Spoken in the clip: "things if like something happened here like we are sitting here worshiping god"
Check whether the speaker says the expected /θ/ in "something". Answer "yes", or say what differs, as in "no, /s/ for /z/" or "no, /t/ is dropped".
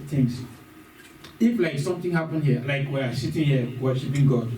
no, /t/ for /θ/